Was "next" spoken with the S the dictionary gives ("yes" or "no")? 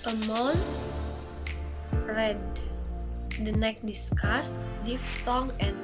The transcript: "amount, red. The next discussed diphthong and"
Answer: no